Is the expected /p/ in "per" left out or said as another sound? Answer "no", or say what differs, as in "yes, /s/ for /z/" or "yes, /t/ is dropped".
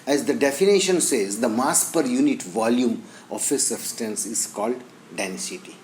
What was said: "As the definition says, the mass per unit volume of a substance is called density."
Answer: no